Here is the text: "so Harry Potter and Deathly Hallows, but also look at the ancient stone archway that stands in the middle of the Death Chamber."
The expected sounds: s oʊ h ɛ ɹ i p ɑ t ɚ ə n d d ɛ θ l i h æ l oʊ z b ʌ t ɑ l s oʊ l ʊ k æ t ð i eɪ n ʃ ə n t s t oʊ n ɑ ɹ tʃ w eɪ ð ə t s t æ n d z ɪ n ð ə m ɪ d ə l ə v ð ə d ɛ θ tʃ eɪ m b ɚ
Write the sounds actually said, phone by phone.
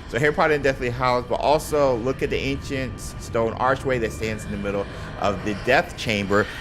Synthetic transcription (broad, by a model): s oʊ h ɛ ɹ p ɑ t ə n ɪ d ɛ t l i h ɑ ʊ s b ʌ t ɑ l s oʊ l ʊ k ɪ t ð i eɪ n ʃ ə n t s t oʊ n ɑ ɹ tʃ w eɪ ð ə t s t æ n d z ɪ n ð ə m ɪ d l ə v ð ə d ɛ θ tʃ eɪ m b ɚ